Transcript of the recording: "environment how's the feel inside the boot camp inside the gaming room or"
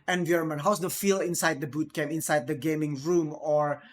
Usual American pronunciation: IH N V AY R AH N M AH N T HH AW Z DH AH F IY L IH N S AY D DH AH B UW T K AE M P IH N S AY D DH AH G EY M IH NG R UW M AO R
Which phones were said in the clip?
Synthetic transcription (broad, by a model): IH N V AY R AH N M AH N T HH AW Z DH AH F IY L IH N S AY D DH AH B UW T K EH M IH N S AY D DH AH G EY M IH NG R UW M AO R